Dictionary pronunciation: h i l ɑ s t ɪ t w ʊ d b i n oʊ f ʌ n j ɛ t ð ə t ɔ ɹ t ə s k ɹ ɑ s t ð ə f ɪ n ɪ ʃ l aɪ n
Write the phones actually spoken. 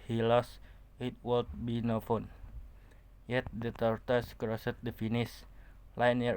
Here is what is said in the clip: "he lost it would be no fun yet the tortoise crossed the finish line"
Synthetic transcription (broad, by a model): h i l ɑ s ɪ t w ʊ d b i n oʊ f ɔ n j ɛ t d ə t ɔ ɹ t ə s k ɹ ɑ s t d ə f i n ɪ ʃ l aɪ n